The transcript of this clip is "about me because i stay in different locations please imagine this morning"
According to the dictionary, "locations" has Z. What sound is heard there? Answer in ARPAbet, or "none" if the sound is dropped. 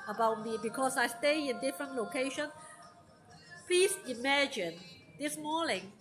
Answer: none